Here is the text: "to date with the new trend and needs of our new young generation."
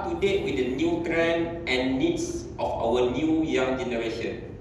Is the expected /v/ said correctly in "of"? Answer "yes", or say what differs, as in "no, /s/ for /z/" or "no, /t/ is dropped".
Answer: no, /f/ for /v/